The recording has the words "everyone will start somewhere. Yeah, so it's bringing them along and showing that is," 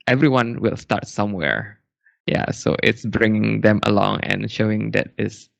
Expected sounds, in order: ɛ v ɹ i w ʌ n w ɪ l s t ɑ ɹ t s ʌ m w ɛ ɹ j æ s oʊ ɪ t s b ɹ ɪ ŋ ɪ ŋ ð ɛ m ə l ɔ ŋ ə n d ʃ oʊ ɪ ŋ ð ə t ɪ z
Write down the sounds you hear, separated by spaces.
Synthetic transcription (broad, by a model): ɛ v ɹ i w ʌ n w ɪ l s t ɑ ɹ t s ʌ m w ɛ ɹ j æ s oʊ ɪ t s b ɹ ɪ ŋ ɪ ŋ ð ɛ m ə l ɔ ŋ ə n ʃ oʊ ɪ ŋ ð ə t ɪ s